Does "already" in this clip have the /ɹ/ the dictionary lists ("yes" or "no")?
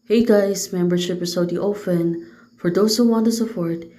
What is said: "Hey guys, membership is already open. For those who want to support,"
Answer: no